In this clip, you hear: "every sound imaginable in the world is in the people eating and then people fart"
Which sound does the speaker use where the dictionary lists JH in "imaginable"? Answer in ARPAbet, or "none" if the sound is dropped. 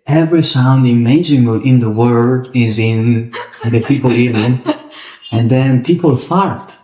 none